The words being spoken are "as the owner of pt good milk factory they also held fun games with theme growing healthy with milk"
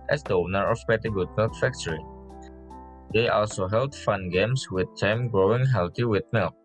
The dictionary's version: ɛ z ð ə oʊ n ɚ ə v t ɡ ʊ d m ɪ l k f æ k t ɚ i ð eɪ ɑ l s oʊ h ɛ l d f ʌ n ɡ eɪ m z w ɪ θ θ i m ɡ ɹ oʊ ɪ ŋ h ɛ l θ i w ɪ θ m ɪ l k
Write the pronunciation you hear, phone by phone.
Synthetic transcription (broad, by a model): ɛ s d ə oʊ n ɚ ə p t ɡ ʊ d m ɪ l k f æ k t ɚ i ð eɪ ɑ l s oʊ h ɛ l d f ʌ n ɡ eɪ m s w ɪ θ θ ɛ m ɡ ɹ oʊ ɪ ŋ h ɛ l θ i w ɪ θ m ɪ l k